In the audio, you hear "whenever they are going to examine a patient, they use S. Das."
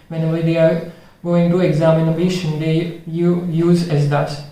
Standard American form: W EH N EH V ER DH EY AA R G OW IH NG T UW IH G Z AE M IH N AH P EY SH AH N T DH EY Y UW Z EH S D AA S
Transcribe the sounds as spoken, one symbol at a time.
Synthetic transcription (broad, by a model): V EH N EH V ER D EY AA R G OW IH NG T UW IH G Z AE M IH N AH B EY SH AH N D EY Y UW Z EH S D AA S